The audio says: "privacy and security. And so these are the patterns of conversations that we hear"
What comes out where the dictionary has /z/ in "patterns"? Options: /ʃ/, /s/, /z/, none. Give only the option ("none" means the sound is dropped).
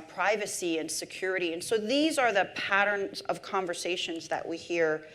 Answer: /z/